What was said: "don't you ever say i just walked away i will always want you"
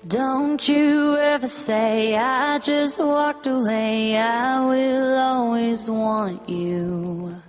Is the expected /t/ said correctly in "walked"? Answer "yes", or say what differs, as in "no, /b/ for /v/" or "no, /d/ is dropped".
yes